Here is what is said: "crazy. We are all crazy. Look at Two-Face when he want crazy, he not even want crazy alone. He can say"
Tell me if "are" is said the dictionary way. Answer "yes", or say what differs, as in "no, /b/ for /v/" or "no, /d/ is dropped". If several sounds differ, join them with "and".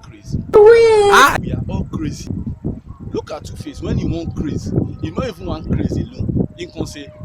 no, /w/ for /ɹ/